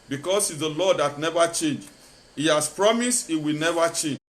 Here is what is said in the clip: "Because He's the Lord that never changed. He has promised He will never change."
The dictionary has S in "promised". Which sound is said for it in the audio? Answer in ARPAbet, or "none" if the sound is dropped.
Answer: S